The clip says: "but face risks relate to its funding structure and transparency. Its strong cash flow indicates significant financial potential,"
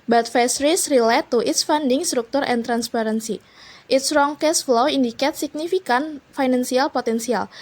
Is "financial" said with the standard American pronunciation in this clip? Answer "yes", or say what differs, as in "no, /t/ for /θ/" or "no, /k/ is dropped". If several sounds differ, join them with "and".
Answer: no, /s/ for /ʃ/